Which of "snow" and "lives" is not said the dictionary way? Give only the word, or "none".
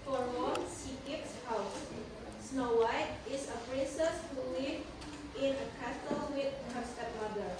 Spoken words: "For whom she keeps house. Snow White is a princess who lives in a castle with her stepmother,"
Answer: lives